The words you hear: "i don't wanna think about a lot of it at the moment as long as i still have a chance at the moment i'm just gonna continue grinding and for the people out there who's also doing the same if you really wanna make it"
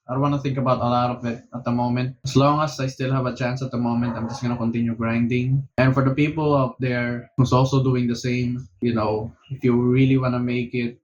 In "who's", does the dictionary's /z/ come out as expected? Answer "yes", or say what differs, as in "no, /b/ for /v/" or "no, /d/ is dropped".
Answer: no, /s/ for /z/